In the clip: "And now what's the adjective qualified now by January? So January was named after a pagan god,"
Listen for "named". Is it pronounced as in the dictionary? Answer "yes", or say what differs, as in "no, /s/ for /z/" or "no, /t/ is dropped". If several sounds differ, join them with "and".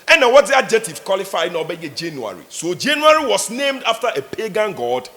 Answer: yes